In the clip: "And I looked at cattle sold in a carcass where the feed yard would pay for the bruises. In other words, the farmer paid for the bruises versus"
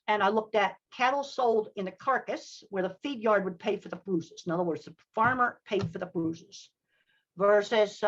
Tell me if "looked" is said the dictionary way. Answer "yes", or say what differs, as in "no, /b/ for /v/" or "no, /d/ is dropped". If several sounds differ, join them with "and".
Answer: yes